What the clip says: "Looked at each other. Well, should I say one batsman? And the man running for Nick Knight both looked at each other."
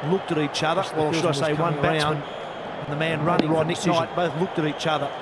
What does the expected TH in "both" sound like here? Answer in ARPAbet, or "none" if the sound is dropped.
TH